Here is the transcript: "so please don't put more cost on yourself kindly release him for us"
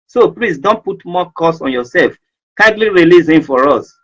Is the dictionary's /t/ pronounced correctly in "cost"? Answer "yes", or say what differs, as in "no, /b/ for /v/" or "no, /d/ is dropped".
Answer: no, /t/ is dropped